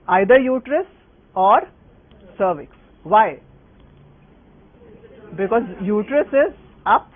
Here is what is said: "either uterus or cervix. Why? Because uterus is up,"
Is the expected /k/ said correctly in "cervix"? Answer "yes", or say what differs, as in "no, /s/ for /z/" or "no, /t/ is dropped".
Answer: yes